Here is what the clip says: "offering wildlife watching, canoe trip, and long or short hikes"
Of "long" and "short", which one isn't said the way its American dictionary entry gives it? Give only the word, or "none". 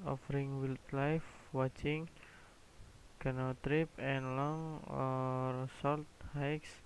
short